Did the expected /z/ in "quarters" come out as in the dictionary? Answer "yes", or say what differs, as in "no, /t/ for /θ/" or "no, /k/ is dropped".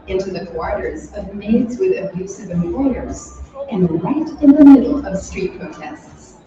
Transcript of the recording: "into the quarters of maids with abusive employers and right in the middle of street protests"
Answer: yes